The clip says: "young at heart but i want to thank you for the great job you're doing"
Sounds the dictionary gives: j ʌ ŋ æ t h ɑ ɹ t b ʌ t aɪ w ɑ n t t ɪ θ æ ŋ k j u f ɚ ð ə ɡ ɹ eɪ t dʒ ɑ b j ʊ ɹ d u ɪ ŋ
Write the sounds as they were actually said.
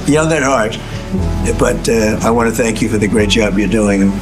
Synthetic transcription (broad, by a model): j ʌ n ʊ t h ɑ ɹ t b ʌ t aɪ w ɑ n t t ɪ θ æ ŋ k j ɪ f ɚ ð ə ɡ ɹ eɪ t dʒ ɑ b j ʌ ɹ d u ɪ ŋ